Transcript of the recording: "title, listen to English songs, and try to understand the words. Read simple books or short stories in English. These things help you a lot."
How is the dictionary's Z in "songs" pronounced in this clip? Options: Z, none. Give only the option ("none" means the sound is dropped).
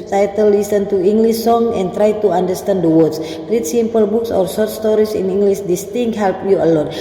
none